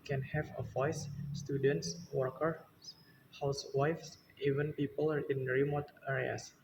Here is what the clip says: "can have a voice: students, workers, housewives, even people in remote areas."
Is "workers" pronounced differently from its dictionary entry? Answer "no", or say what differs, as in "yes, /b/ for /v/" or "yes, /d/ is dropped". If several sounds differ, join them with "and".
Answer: yes, /z/ is dropped